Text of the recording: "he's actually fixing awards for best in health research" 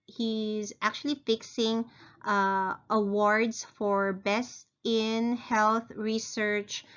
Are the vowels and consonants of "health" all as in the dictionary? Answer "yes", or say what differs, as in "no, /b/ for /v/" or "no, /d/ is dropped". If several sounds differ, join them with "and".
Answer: yes